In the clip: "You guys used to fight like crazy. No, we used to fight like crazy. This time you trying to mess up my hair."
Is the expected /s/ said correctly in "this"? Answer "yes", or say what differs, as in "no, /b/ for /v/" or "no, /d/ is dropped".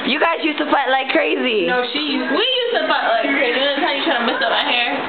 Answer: no, /s/ is dropped